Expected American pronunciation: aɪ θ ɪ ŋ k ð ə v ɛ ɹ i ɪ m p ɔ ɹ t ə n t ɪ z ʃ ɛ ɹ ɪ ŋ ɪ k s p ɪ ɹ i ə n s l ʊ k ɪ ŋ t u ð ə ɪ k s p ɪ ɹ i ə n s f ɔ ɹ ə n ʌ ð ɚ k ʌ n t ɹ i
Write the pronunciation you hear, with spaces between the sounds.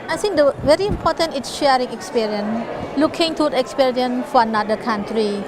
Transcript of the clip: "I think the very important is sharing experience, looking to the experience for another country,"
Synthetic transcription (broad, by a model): aɪ t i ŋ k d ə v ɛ ɹ i m p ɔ ɹ t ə n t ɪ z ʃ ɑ ɹ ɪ ŋ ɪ k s p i ɹ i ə n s l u k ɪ ŋ t u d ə k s p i ɹ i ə n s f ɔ ɹ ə n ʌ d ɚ k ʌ n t ɹ i